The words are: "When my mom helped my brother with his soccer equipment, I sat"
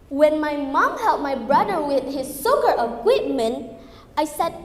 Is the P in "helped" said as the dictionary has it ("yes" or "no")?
no